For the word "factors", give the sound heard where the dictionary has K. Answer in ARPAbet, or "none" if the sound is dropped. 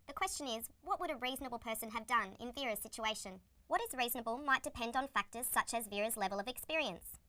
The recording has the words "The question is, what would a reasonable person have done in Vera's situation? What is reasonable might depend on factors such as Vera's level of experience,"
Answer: K